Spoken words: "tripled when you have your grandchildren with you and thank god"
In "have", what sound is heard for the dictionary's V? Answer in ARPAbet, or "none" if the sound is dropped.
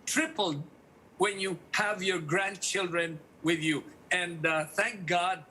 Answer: V